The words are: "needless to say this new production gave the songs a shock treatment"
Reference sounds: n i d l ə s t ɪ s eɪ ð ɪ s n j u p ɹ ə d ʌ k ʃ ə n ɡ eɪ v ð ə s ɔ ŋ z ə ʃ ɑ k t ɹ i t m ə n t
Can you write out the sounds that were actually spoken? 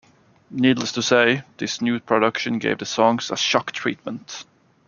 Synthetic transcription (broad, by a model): n i d l ə s t ɪ s eɪ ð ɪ s n j u p ɹ ə d ʌ k ʃ ə n ɡ eɪ v ð ə s ɔ ŋ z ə ʃ ɑ k t ɹ i t m ə n t